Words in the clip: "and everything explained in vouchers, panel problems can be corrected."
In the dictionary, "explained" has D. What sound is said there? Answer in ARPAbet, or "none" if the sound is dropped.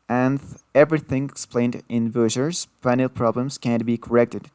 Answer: D